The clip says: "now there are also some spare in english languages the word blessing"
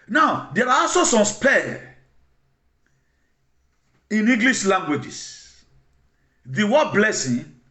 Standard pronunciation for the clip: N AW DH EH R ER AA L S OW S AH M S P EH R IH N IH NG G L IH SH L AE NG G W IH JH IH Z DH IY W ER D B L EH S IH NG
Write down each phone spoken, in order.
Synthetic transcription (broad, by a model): N AW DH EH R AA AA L S OW S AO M S P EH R IH N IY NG G L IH SH L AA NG G W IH JH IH S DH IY W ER B L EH S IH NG